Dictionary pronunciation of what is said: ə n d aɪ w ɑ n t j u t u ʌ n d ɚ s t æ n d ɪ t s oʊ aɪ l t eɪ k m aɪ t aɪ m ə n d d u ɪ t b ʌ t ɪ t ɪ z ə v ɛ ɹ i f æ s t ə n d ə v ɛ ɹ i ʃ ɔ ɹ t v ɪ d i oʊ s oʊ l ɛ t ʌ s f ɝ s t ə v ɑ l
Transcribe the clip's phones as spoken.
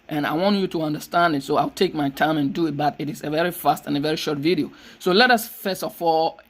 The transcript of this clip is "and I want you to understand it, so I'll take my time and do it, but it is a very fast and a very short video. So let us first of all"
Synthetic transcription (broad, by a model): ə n aɪ w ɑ n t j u t u ʌ n d ɚ s t æ n d ɪ t s oʊ aɪ l t eɪ k m aɪ t aɪ m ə n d d u ɪ t b ʌ t ɪ t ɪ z ə v ɛ ɹ i f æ s t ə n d ə v ɛ ɹ i ʃ ɔ ɹ t v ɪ d i oʊ s oʊ l ɛ t ʌ s f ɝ s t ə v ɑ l